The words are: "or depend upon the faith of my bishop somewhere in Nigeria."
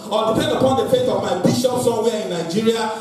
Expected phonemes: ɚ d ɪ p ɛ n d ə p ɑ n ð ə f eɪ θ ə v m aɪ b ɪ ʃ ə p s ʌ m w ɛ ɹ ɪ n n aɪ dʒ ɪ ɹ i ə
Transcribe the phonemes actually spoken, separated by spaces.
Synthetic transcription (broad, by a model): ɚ d ɪ p ɛ n d ə p ɑ n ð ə f eɪ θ ə v m aɪ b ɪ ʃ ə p s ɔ w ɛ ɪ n n aɪ dʒ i ɹ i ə